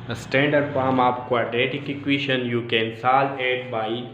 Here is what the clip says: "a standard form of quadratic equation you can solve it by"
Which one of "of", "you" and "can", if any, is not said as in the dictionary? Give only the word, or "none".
of